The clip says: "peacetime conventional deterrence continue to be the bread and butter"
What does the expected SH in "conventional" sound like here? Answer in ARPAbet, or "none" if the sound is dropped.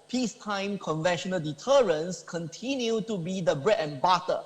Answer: SH